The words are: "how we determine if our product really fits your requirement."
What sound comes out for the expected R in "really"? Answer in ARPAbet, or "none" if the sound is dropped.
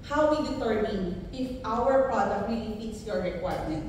W